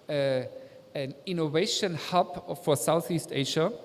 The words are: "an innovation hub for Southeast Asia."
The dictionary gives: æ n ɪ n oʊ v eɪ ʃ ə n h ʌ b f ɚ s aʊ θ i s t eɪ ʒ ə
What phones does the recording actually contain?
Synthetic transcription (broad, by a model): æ n ɪ n oʊ v eɪ ʃ ə n h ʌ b f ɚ s aʊ θ i s t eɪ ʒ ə